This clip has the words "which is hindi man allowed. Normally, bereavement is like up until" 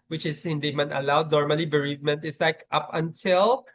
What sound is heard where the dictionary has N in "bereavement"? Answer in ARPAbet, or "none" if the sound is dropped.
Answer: N